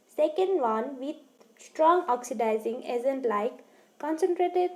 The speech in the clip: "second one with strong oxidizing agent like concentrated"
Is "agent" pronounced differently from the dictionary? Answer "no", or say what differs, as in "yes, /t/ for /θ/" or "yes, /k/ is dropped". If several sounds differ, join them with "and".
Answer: yes, /z/ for /dʒ/